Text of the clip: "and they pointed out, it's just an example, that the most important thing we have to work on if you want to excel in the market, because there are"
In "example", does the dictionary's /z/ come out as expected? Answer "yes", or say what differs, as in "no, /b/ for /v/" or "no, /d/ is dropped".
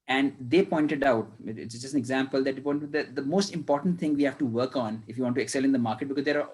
yes